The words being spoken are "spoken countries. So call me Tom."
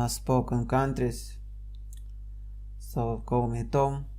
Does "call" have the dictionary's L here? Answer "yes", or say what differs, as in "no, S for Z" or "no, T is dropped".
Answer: no, W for L